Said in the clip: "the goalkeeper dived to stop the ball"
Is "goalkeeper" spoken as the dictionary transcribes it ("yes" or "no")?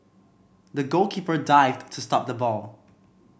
yes